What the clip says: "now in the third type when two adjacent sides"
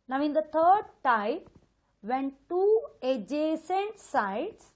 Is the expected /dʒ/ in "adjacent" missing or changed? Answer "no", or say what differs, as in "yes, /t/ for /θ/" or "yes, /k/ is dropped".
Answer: no